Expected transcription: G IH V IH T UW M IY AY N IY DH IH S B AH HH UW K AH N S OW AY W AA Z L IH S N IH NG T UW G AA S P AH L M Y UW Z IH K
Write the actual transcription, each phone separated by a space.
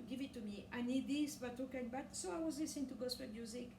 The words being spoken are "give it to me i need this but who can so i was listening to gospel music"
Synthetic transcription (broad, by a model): G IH V IH T UW M IY AY N IY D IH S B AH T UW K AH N S OW AY W AA Z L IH S IH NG T UW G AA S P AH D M Y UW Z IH K